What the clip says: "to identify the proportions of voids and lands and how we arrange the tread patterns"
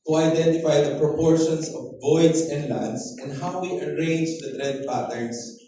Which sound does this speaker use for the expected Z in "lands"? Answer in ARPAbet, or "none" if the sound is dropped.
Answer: S